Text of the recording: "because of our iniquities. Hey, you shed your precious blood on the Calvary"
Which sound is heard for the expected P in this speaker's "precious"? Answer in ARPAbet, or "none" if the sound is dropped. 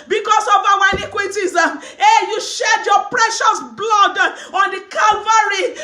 P